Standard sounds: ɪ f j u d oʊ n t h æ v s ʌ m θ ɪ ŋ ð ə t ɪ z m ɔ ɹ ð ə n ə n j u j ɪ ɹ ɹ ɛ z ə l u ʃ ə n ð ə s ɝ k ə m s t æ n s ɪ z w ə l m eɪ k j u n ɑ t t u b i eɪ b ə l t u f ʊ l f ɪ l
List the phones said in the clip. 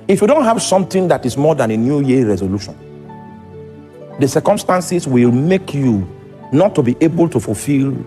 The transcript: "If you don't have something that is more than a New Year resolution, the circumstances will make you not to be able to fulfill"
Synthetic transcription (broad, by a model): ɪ f j u d oʊ n t h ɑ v s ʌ m t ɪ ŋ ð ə t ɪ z m ɔ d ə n ə n j u j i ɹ ɹ ɛ z ə l u ʃ ə n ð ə s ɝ k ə m s t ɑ n s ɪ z w ə l m eɪ k j u n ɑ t t u b i eɪ b ə l t u f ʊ l f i l